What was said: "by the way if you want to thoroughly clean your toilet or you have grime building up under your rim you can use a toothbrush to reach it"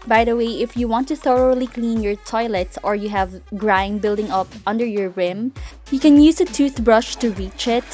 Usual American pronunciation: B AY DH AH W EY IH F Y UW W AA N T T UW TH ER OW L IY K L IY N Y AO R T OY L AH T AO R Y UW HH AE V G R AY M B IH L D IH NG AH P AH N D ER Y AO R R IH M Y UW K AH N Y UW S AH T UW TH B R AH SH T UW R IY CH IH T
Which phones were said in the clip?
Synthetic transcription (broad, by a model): B AY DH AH W EY IH F Y UW W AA N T T UW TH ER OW L IY K L IY N Y AO R T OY L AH T AO R Y UW HH AE V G R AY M B IH L D IH NG AH P AH N D ER Y AO R R IH M Y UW K AH N Y UW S AH T UW TH B R AH SH T UW R IY CH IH T